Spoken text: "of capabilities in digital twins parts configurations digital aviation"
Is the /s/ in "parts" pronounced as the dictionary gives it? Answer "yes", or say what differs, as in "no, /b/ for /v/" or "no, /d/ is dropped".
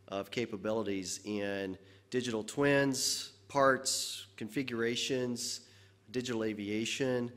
yes